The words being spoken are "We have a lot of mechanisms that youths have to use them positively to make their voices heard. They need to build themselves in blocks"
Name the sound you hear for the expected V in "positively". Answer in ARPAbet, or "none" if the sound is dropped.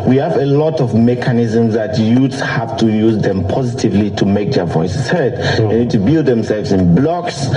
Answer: V